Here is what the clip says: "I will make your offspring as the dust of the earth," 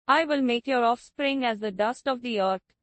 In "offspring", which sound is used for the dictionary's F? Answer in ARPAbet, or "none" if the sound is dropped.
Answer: F